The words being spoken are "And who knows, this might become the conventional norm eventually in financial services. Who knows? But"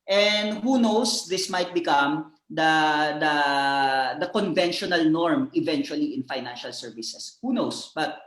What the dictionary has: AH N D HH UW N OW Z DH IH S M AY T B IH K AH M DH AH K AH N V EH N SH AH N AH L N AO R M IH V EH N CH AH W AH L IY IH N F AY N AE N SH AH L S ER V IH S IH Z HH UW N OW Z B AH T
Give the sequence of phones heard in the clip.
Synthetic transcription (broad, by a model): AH N D HH UW N OW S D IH S M AY T B IH K AH M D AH K AH N V EH N SH AH N AH L N AO R M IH V EH N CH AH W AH L IY IH N F AY N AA N SH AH L S ER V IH S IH S HH UW N OW S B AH T